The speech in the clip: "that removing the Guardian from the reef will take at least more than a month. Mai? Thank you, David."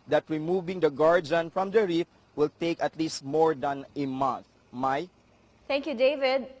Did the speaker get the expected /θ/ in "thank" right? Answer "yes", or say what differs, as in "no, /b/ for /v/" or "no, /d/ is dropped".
no, /t/ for /θ/